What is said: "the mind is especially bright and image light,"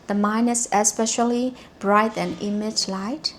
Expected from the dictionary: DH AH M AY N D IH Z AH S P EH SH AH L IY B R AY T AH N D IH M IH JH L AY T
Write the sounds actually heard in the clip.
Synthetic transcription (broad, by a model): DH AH M AY N IH S AH S P EH SH AH L IY B R AY T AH N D IH M IH JH L AY T